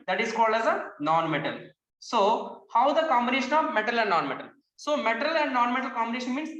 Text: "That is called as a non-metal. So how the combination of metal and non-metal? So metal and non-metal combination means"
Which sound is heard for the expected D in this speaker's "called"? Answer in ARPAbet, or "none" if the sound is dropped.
D